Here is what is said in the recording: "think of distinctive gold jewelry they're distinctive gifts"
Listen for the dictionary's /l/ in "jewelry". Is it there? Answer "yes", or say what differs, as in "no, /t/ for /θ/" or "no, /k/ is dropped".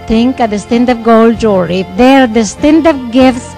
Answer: no, /l/ is dropped